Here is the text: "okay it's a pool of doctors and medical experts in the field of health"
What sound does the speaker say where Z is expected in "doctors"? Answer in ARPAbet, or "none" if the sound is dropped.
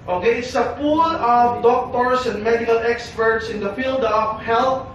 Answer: S